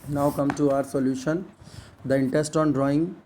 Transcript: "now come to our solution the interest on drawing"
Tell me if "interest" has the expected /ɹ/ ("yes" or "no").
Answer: no